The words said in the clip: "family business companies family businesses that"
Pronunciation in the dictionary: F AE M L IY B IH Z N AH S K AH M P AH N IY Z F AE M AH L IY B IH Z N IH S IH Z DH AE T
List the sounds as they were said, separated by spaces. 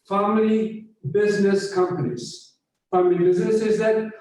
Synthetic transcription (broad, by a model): F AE M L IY B IH Z N AH S K AH M P AH N IY Z F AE M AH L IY B IH Z N IH S IH Z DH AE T